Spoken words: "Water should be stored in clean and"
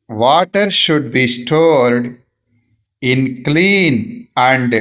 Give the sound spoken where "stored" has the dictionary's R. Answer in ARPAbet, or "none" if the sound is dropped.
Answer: R